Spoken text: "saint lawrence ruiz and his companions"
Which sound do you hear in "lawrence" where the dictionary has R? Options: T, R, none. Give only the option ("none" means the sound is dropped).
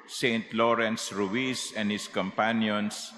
R